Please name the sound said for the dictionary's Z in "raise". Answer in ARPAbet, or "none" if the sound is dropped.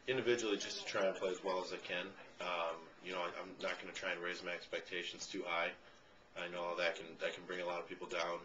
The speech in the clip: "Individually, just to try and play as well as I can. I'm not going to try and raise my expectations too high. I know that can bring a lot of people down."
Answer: Z